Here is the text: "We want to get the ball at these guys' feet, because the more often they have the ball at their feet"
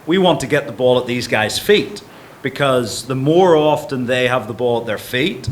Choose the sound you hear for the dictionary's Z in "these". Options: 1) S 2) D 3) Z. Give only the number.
3